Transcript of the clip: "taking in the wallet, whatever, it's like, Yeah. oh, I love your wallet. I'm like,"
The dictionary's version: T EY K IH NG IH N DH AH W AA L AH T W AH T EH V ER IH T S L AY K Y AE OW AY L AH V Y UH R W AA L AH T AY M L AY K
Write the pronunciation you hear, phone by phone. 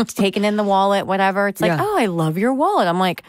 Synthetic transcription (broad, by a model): T EY K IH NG IH N DH AH W AA L AH T W AH T EH V ER IH T S L AY K OW AY L AH V Y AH R W AA L AH T AY M L AY K